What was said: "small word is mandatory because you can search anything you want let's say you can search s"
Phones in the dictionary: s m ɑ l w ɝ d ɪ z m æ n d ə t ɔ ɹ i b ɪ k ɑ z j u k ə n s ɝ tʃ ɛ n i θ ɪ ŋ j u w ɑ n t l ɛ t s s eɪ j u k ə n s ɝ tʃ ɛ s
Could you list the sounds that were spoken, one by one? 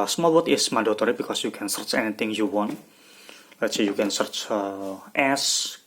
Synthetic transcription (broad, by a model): s m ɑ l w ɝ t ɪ s m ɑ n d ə t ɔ ɹ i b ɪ k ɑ s j u k ə n s ɝ tʃ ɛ n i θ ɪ ŋ j u w ɑ n t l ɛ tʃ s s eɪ j u k ə n s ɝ tʃ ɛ s